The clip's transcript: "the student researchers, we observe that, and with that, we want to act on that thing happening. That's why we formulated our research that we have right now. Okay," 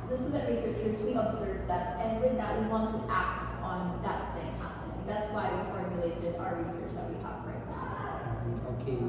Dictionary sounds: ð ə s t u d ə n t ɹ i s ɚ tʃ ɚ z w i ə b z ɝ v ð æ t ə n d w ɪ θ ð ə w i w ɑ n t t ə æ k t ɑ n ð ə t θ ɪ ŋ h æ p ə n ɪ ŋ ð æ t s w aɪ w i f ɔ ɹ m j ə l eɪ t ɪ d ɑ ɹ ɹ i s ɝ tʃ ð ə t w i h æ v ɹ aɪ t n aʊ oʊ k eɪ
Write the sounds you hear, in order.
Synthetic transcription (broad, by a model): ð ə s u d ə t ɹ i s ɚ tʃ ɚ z w i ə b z ɝ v ð æ t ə n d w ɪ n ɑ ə w i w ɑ n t t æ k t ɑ n ð ə t θ ɪ ŋ h æ p ə n ɪ ŋ ð æ t s w aɪ w i f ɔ ɹ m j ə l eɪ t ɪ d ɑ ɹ ɹ i s ɝ tʃ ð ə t w i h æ p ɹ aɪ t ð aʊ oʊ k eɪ